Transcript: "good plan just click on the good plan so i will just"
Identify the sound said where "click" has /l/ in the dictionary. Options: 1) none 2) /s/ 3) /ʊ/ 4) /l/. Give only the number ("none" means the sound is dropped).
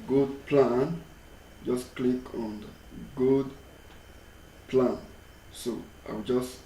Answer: 4